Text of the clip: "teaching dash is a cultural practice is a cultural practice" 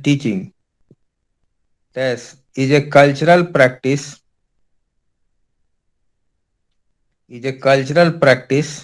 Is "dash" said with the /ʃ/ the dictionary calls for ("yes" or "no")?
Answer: no